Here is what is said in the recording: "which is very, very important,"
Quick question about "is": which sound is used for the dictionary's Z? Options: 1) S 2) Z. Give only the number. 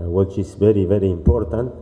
1